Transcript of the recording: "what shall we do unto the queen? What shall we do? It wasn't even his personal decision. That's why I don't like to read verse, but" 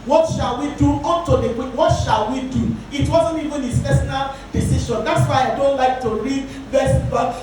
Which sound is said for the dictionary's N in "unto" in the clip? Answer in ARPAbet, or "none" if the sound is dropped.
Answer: none